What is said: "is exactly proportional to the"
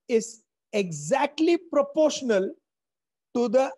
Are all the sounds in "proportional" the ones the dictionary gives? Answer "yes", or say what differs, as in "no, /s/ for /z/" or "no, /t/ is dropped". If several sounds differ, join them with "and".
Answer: yes